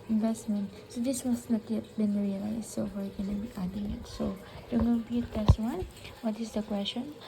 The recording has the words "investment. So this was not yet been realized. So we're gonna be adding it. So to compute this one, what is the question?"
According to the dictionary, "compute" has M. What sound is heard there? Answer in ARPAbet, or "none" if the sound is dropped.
none